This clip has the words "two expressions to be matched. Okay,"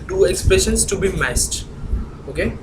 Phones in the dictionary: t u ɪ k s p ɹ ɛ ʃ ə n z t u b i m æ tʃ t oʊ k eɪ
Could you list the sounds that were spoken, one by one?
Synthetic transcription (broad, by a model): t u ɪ k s p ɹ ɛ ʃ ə n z t u b i m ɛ s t oʊ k eɪ